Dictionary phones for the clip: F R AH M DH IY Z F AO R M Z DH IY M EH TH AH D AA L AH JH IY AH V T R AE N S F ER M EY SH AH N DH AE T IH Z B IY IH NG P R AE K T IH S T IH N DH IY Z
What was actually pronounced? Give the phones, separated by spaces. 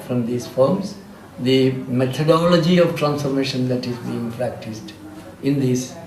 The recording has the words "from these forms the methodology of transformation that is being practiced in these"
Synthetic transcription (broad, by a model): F R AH M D IY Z F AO R M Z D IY M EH T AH D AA L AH JH IY AH V T R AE N S F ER M EY SH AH N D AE T IH Z B IY IH NG P R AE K T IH S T IH N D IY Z